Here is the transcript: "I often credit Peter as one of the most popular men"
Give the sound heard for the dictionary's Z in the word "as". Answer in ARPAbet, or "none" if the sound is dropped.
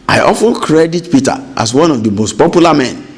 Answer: S